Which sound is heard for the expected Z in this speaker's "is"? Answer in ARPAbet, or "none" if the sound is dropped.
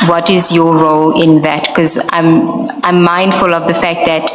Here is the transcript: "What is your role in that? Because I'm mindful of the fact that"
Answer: Z